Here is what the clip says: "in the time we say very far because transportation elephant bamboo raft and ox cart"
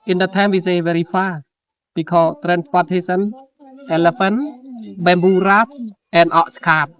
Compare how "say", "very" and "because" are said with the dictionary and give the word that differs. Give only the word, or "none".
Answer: because